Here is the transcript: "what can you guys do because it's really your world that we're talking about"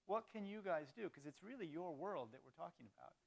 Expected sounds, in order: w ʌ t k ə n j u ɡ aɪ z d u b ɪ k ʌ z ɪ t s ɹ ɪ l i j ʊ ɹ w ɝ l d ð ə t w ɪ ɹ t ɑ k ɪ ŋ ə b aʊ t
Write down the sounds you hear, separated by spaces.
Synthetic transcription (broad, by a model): w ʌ t k ə n j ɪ ɡ aɪ z d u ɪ k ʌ z ɪ t s ɹ ɪ l i j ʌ ɹ w ɝ l d ð ə t w ɪ ɹ t ɑ k ɪ ŋ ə b aʊ t